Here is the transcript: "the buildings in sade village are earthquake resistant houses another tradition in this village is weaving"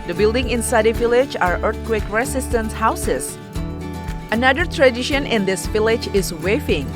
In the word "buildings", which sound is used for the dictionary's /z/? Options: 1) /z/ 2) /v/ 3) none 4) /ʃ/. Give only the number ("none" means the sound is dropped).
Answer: 3